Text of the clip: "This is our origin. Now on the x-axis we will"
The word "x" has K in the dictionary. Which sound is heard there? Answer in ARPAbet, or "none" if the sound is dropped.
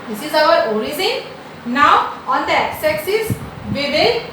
none